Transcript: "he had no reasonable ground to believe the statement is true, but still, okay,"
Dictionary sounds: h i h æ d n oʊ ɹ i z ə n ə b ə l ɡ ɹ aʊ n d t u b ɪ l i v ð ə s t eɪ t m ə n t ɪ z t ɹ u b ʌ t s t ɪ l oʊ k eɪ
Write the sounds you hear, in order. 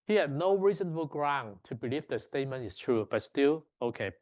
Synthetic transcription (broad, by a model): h i h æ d n oʊ ɹ i z ə n ə b ə l ɡ ɹ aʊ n t u b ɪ l i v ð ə s t eɪ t m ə n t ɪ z t ɹ u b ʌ t s t ɪ l oʊ k eɪ